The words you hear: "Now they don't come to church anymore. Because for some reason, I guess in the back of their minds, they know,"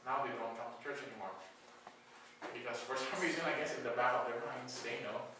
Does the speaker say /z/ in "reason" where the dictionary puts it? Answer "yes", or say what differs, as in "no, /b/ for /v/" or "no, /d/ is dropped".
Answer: yes